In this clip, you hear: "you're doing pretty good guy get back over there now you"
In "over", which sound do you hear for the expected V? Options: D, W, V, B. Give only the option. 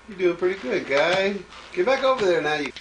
V